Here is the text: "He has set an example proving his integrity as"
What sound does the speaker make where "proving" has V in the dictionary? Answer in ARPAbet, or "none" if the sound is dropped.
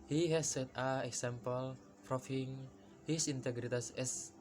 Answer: F